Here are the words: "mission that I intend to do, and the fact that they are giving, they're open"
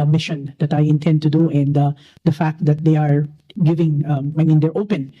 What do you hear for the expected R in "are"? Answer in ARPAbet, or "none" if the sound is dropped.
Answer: R